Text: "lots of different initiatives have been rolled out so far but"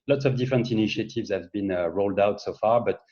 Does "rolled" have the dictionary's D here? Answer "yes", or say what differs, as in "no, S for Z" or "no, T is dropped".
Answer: yes